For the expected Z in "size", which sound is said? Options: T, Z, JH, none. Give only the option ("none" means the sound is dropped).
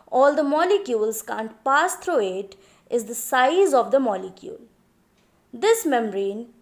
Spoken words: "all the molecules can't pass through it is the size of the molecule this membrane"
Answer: Z